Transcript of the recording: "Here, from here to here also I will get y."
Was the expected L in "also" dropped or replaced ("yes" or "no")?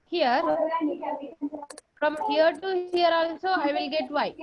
yes